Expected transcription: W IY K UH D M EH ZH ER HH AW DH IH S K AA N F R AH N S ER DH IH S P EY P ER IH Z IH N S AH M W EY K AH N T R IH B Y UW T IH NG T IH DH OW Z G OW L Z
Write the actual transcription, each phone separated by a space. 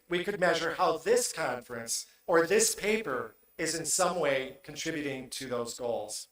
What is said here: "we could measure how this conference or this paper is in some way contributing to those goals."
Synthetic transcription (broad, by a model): W IY K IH D M EH ZH ER HH AW DH IH S K AA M F R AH N S ER DH IH S P EY P ER IH Z IH N S AH M W EY K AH N T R IH B Y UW T IH NG T IH DH OW Z G OW L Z